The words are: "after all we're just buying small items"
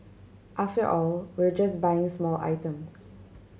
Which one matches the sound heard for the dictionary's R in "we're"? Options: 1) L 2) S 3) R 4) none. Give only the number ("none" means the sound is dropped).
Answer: 3